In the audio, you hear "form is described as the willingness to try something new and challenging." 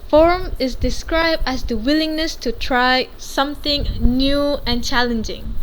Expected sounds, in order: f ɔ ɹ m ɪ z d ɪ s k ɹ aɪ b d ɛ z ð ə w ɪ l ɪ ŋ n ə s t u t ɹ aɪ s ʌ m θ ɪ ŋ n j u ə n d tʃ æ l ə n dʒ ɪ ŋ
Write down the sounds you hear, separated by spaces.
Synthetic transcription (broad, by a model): f ɔ ɹ m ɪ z d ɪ s k ɹ aɪ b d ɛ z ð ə w ɪ l ɪ ŋ n ə s t u t ɹ aɪ s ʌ m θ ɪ ŋ n j u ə n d tʃ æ l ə n dʒ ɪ ŋ